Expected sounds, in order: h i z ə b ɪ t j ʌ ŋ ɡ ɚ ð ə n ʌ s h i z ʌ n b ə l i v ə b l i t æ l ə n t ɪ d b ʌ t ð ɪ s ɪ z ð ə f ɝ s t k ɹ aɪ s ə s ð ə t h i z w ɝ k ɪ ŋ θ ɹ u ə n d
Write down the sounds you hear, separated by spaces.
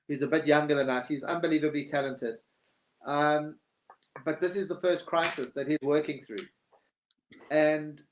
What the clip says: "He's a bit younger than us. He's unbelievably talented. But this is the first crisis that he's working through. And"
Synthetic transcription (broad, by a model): h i z ə b ɪ t j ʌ ŋ ɡ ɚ ð ə n ʌ s h i z ʌ n b ə l i v ə b l i t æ l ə n t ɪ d b ʌ t ð ɪ s ɪ z ð ə f ɝ s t k ɹ aɪ s ə s ð ə t h i z w ɝ k ɪ ŋ θ ɹ u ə n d